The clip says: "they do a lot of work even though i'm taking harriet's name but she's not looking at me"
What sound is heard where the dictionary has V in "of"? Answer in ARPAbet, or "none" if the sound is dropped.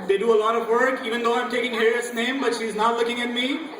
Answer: V